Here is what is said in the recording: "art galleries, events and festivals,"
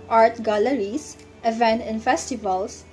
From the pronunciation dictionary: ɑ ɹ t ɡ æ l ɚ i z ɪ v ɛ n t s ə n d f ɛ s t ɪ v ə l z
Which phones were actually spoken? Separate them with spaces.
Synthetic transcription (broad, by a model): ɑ ɹ t ɡ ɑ l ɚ i s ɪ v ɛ n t ə n f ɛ s t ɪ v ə l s